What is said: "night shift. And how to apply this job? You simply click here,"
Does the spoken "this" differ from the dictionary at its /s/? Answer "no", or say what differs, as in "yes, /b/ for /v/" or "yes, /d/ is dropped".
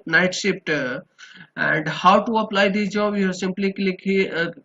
yes, /s/ is dropped